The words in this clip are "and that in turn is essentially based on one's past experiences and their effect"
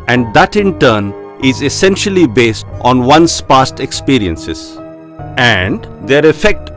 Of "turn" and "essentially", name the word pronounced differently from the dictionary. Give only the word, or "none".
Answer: none